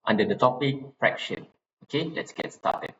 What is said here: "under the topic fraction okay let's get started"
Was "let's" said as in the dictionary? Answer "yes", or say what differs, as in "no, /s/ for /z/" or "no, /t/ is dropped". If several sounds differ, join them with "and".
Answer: yes